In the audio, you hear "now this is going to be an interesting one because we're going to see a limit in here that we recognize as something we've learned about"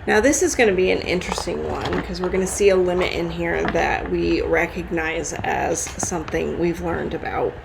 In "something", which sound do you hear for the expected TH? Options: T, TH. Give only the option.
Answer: TH